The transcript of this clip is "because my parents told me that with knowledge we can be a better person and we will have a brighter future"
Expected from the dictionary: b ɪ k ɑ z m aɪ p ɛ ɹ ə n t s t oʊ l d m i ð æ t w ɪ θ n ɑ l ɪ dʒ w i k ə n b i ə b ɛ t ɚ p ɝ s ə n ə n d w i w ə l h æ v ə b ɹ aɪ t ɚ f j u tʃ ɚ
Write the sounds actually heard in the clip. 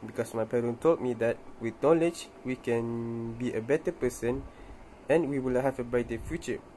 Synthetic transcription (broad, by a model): b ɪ k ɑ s m aɪ p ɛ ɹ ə n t t oʊ l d m i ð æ t w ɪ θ n ɑ l ɪ dʒ w i k ə n b i ə b ɛ t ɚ p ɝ s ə n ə n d w i w ə l h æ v ə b aɪ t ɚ f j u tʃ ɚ